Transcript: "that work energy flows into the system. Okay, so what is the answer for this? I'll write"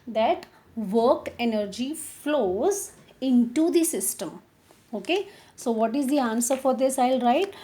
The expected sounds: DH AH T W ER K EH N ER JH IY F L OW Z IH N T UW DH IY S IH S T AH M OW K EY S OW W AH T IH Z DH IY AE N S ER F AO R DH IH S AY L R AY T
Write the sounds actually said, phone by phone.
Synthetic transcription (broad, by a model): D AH T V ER K EH N ER JH IY F L OW Z IH N T UW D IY S IH S T AH M OW K EY S OW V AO T IH Z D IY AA N S ER F AO R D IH S AY L R AY T